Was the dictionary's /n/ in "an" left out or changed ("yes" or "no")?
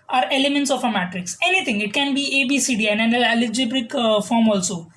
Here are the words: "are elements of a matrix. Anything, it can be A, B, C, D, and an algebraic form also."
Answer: yes